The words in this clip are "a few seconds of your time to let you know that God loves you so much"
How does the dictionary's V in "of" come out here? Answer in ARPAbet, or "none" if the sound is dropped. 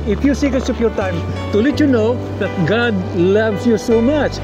P